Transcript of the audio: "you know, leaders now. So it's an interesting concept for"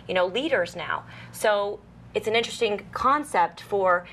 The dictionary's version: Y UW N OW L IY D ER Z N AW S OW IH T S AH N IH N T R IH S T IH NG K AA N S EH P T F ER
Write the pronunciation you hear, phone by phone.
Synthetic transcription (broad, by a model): Y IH N OW L IY D ER Z N AW S OW IH T S N IH N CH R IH S T IH NG K AA N S EH P T F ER